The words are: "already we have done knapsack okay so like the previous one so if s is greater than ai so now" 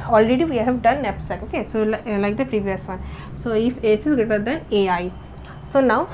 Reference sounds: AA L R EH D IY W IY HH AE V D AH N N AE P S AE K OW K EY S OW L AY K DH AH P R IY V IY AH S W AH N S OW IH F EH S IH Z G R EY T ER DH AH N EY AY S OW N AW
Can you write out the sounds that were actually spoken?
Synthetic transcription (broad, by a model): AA L R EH D IY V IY HH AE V D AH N N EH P S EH OW K EY S OW L AY K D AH P R IY V IY AH S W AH N S OW IH F EH S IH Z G EY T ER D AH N EY AY S OW N AW